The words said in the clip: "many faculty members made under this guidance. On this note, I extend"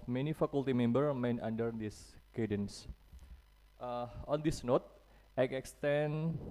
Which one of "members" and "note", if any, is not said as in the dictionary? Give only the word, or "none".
members